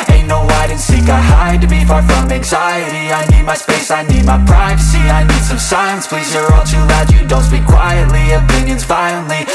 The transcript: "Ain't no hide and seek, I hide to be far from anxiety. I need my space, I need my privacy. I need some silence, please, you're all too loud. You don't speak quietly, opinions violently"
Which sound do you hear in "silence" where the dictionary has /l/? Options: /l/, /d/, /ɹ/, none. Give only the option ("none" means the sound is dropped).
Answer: none